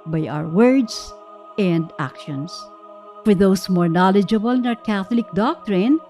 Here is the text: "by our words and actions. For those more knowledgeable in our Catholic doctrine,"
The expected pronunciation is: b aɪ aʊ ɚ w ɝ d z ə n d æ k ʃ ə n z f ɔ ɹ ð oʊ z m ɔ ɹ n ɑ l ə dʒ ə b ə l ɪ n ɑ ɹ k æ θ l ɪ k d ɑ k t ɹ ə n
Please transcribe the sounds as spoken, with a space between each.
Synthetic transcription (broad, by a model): b aɪ aʊ ɚ w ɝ d s ə n d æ k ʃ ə n s f ɔ ɹ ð oʊ s m ɔ ɹ n ɑ l ə dʒ ə b ə l ɪ n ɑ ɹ k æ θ l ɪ k d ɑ k t ɹ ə n